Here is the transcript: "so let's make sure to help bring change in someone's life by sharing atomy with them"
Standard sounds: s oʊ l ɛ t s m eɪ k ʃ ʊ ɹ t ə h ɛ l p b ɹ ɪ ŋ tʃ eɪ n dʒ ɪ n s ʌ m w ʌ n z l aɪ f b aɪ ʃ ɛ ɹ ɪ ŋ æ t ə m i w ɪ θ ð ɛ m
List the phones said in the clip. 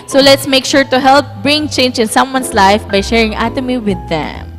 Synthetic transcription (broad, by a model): s oʊ l ɛ t s m eɪ k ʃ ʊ ɹ t ə h ɛ l p b ɹ ɪ ŋ tʃ eɪ n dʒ ɪ n s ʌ m w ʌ n s l aɪ f b aɪ ʃ ɛ ɹ ɪ ŋ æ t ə m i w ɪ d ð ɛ m